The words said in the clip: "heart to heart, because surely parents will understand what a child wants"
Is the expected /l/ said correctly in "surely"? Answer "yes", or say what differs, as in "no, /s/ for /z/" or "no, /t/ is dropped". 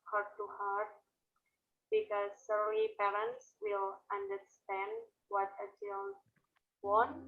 no, /l/ is dropped